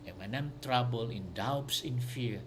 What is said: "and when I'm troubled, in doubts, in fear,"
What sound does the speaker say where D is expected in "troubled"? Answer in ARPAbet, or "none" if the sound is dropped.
none